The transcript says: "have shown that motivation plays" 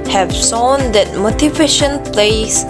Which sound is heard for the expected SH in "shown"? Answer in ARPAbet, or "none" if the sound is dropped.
S